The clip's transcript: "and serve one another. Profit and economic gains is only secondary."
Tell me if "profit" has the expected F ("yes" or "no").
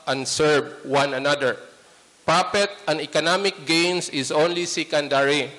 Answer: no